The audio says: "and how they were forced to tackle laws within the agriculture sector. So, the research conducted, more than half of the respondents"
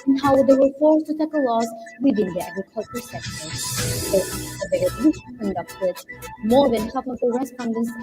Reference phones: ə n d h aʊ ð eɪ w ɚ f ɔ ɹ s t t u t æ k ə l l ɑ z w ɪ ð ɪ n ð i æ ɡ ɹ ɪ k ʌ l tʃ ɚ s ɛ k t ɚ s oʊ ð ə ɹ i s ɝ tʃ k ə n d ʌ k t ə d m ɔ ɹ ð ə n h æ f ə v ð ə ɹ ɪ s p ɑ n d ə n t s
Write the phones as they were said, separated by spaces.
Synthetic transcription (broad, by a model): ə n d h aʊ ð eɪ w ɚ f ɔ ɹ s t t u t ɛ k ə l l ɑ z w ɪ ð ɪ n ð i æ ɡ ɹ ɪ k ʌ l tʃ ɚ s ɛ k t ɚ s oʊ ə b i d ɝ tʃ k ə n d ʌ k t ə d m ɔ ɹ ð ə n h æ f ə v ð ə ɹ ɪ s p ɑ n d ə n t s